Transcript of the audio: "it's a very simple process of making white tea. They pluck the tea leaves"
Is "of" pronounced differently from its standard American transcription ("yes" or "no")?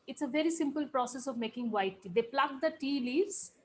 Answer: no